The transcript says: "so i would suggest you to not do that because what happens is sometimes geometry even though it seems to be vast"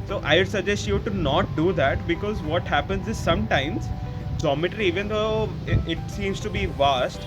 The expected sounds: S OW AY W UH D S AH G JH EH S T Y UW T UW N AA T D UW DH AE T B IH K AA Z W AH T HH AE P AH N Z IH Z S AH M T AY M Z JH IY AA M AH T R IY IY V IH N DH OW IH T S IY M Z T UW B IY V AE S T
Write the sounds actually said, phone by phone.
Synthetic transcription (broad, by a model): S OW AY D S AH JH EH S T Y UW T UW N AA T D UW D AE T B IH K AA Z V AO T HH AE P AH N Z IH Z S AH M T AY M Z JH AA M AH T R IY IY V IH N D OW IH T S IY M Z T UW B IY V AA S T